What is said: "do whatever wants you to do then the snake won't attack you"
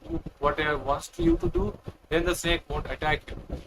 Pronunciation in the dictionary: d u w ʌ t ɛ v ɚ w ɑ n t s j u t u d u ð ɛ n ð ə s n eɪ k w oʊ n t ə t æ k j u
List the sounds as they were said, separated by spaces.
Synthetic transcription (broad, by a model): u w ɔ t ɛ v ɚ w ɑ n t s j u t u d u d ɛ n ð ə s eɪ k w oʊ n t ə t æ k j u